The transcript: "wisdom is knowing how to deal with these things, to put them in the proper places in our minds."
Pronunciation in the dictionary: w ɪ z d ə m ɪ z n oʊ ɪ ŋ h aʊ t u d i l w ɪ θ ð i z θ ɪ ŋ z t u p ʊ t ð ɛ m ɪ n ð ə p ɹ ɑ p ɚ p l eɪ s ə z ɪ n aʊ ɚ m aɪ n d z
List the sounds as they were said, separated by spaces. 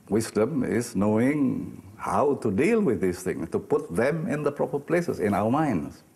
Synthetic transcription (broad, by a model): w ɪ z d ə m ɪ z n oʊ ɪ ŋ h aʊ t u d i l w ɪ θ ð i s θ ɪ ŋ s t u p ʊ t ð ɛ m ɪ n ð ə p ɹ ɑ p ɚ p l eɪ s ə s ɪ n aʊ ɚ m aɪ n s